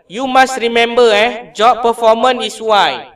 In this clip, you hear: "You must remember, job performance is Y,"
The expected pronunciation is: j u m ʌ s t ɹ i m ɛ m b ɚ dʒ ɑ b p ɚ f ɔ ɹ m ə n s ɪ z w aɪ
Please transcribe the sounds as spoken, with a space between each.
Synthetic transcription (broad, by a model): j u m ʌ s t ɹ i m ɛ m b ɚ dʒ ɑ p p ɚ f ɔ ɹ m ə n ɪ s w aɪ